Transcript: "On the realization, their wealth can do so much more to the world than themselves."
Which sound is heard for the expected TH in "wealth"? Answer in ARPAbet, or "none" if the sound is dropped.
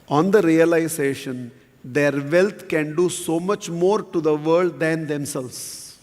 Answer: T